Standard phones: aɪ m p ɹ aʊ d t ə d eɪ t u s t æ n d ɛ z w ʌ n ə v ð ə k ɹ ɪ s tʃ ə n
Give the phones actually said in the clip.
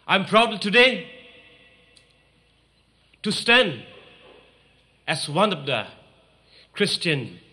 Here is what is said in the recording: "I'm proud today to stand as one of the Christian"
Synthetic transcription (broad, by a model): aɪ m p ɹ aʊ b t ə d eɪ t u s t æ n d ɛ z w ʌ n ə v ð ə k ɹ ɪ s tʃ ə n